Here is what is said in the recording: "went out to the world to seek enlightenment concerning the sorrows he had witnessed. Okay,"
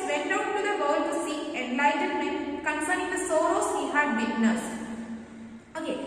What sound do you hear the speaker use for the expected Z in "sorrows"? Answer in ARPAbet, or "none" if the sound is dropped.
S